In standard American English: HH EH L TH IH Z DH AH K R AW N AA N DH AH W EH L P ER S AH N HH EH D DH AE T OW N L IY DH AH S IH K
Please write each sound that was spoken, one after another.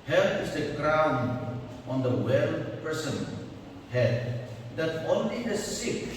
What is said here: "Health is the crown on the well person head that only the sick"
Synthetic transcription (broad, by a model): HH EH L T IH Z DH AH K R AW N AA N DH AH W EH L P ER S AH N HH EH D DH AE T OW N L IY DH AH S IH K